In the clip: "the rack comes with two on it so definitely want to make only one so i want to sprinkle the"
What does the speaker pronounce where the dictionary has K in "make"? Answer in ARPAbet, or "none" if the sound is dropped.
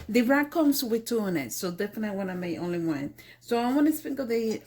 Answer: none